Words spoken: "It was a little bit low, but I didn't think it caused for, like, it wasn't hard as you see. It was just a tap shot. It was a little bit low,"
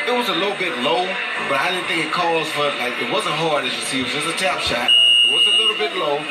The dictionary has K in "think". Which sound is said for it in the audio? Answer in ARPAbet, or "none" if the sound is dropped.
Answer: none